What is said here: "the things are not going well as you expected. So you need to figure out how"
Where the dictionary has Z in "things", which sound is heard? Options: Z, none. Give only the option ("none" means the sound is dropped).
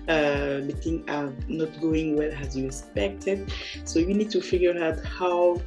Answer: none